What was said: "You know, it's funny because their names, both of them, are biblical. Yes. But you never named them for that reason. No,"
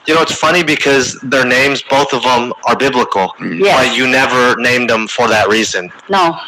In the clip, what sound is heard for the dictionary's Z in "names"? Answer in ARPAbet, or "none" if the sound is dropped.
Z